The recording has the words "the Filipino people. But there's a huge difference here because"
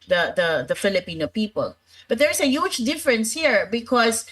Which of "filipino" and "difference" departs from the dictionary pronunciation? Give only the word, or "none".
none